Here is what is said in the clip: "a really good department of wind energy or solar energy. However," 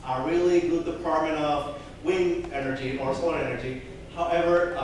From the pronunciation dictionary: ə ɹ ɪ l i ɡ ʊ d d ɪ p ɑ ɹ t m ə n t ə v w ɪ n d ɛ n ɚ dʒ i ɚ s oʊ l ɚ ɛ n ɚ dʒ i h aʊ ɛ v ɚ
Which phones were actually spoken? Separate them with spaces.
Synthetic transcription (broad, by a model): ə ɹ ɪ l i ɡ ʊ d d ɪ p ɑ ɹ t m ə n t ə v w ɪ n ɛ n ɚ dʒ i ɚ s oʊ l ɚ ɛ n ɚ dʒ i h aʊ ɛ v ɚ